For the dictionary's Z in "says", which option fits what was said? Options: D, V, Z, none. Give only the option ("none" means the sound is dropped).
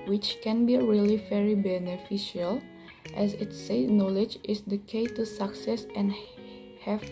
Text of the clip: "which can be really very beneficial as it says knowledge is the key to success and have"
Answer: none